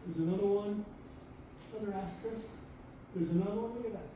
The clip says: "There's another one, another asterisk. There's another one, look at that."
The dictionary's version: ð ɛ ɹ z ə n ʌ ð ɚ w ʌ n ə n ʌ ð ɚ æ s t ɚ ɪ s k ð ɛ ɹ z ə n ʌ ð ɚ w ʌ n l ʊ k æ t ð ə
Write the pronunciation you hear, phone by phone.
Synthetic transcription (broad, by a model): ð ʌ ɹ z ə n ʌ ð ɚ w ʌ ə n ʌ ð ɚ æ s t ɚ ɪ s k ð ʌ ɹ z ə n ʌ ð ɚ w ʌ n w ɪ ʌ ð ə